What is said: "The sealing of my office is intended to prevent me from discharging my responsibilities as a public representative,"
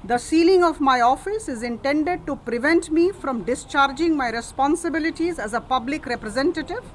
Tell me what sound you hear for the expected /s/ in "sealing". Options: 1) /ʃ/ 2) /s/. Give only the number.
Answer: 2